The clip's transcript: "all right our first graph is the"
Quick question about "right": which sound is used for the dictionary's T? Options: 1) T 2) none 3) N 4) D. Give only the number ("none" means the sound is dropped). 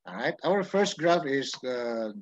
1